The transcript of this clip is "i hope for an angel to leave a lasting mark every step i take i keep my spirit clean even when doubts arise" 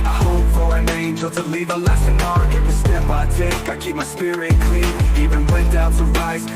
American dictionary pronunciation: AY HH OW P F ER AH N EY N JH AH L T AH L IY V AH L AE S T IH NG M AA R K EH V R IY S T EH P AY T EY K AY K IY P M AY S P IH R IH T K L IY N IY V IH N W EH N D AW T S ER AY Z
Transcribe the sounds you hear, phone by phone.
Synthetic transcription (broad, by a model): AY HH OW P F ER AH N EY N JH AH L T AH L IY V AH L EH S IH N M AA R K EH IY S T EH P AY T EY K AY K IY P M AY S P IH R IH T K L IY N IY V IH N W EH N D AW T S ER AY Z